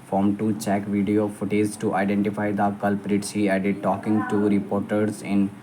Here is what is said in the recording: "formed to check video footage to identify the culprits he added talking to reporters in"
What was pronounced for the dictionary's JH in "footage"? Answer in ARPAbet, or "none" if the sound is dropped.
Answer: Z